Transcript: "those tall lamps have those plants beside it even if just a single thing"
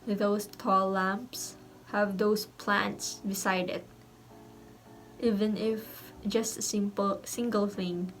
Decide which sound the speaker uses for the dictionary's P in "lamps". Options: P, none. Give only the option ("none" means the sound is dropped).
P